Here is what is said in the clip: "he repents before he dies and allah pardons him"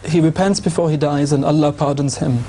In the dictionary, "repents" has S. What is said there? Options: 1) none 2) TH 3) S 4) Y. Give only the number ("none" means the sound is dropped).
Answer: 3